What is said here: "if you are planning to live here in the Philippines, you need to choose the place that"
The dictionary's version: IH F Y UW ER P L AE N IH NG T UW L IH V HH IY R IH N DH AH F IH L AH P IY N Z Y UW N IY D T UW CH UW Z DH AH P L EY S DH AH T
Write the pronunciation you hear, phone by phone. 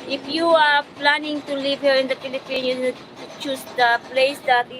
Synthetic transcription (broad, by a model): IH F Y UW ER P L AE N IH NG T UW L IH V HH IY R IH N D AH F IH L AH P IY N Y UW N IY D T UW CH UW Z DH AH P L EY S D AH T